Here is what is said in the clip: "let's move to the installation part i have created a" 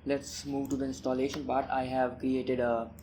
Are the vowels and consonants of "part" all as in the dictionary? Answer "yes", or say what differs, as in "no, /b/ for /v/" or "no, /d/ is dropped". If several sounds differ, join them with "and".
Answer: no, /b/ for /p/